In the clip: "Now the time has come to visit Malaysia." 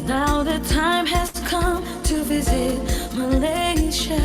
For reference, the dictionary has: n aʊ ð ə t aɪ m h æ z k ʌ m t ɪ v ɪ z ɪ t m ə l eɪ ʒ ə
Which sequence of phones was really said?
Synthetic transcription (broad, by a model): n aʊ ð ə t aɪ m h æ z k ʌ m t ɪ v ɪ z ɪ t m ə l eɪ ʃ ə